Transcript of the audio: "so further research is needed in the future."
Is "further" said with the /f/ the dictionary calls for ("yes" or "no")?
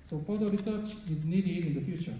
no